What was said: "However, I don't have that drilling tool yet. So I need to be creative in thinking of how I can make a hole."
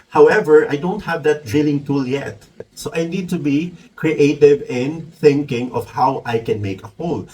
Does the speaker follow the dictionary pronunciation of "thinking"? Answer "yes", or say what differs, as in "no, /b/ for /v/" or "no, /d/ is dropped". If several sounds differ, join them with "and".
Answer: yes